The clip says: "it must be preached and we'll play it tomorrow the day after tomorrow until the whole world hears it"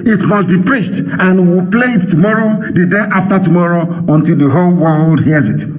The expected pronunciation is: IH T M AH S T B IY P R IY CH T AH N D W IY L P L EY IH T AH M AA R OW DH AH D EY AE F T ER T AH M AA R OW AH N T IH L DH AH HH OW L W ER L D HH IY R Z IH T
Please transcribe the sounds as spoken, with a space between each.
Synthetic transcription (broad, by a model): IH T M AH S T B IY P R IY S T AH N W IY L P L EY IH T AH M AA R OW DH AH D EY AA F T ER T AH M AA R OW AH N T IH L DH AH HH OW L W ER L D HH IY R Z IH T